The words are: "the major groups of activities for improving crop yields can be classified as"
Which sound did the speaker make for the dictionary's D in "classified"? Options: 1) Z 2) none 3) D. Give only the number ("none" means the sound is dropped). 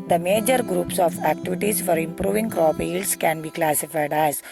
3